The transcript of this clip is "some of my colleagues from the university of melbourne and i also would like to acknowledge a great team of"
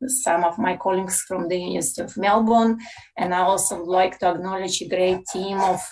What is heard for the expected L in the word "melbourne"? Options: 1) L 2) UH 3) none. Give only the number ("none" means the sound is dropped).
1